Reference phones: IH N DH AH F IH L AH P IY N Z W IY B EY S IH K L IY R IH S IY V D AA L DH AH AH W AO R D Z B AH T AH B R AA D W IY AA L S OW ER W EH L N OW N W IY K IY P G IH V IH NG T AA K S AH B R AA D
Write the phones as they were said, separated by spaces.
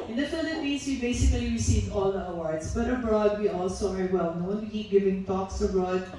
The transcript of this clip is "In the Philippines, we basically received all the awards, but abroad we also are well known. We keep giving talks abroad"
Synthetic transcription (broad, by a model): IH N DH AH F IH L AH P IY N S W IY B EY S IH K L IY R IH S IY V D AA L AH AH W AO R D S B AH T AH B R AA D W IY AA L S OW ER W EH L N OW N W IY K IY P G IH V IH NG T AA K S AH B R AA D